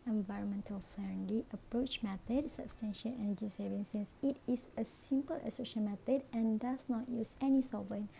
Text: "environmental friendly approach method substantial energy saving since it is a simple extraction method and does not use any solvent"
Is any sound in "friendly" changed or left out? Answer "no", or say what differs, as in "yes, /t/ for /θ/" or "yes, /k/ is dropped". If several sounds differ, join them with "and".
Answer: yes, /l/ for /ɹ/